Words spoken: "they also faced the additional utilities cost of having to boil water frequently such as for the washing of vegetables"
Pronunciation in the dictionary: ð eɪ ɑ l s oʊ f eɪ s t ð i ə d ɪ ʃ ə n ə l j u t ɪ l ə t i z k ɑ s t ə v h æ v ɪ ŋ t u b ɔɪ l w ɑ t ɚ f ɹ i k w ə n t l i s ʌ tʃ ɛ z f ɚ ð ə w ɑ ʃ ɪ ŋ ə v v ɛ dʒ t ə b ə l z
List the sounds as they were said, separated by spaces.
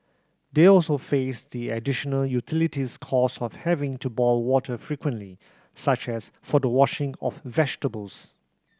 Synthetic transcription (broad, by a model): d eɪ ɑ l s oʊ f eɪ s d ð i ə d ɪ ʃ ə n ə l j u t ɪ l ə t i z k ɑ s ə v h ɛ v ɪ ŋ t u b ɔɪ l w ɑ t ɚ f ɹ i k w ə n t l i s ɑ tʃ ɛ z f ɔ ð ə w ɑ ʃ ɪ ŋ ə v v ɛ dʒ t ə b ə l s